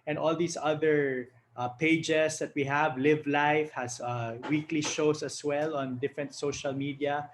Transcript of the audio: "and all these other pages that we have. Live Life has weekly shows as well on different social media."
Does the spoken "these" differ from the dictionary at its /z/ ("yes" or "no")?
yes